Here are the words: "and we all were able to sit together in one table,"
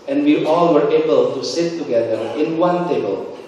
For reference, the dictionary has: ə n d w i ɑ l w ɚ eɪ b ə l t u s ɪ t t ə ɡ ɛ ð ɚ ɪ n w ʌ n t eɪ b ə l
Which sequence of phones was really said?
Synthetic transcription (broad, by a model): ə n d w i ɑ l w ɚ eɪ b ə l t u s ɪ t t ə ɡ ɛ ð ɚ ɪ n w ʌ n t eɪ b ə l